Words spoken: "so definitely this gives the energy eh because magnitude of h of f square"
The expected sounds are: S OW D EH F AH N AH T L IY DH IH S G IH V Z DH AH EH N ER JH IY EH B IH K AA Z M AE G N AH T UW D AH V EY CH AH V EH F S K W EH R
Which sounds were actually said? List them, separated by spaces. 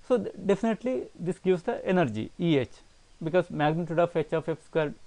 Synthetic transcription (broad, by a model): S OW D EH F AH N AH T L IY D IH S G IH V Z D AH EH N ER JH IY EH B IH K AA Z M AE G N AH T UW D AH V EY CH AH F EH F S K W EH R